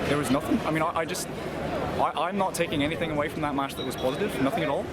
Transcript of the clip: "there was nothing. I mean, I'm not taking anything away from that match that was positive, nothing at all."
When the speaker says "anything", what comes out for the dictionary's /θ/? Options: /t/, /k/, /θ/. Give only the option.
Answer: /θ/